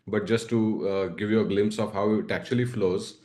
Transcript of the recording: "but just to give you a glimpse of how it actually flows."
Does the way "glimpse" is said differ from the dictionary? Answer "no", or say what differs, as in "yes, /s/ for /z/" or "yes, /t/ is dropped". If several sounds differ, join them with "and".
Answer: no